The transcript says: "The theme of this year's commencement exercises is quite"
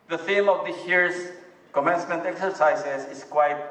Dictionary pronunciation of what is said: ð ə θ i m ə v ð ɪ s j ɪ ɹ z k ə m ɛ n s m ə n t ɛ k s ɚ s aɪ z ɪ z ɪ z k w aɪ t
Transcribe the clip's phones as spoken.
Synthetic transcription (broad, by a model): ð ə θ i m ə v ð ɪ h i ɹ s k ə m ɛ n s m ə n t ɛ k s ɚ s aɪ s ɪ s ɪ s k w aɪ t